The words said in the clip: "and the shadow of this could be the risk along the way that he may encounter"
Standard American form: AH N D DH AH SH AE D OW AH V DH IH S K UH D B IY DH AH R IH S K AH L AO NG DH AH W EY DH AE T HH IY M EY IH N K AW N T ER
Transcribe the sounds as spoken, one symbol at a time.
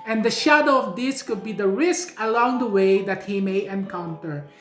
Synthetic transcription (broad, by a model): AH N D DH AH SH AE D OW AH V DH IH S K UH D B IY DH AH R IH S K AH L AO NG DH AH W EY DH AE T HH IY M EY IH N K AW N T ER